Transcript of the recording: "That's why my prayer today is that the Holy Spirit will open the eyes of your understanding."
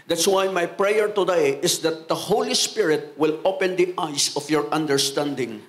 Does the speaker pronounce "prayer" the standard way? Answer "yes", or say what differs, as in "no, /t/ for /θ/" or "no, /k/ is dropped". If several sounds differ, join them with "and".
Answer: yes